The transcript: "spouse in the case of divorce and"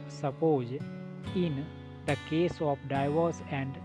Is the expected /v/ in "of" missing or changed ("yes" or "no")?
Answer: yes